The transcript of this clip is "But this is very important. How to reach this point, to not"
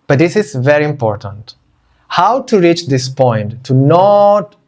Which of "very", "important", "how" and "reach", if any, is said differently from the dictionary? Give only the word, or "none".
none